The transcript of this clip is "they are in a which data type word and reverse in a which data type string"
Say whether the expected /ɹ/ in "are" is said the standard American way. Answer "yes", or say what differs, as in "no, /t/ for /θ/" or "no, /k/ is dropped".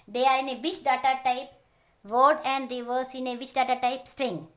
yes